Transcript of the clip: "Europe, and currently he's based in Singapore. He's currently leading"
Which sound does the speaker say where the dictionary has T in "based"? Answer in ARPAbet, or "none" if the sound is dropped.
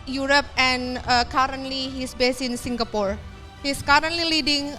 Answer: none